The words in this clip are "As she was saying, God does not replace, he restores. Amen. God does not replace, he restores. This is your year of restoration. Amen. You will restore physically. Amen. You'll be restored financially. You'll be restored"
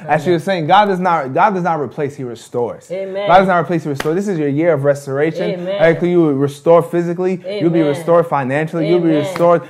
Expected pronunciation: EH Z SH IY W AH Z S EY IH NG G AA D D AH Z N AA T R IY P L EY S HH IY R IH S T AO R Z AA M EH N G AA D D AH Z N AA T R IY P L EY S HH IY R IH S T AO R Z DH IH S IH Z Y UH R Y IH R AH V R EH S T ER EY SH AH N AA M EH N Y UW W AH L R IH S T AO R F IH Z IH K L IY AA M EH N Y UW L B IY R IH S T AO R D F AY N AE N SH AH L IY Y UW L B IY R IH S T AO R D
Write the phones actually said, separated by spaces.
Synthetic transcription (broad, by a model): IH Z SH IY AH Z S EY IH NG G AA D D AH Z N AA T R IY P L EY S HH IY R IH S T AO R Z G AA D D AH Z N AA T R IY P L EY S HH IY R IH S T AO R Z DH IH S IH Z Y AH R Y IH R AH V R EH S T ER EY SH AH N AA IH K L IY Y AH R IH S T AO R F IH Z IH K L IY Y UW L B IY R IH S T AO R D F AY N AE N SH L IY Y UW L B IY R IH S T AO R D